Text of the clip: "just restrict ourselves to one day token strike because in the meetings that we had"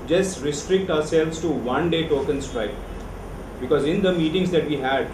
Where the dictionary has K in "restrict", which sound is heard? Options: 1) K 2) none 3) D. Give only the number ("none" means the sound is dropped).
1